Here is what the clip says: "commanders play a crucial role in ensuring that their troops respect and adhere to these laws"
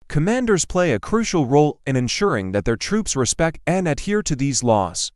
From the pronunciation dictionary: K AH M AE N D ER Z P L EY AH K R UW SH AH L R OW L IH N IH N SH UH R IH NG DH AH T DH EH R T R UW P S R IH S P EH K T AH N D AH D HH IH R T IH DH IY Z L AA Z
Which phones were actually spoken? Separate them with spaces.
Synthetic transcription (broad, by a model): K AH M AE N D ER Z P L EY AH K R UW SH L R OW L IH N IH N SH UH R IH NG DH AH T DH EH R T R UW P S R IH S P EH K T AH N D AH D HH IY R T IH DH IY Z L AA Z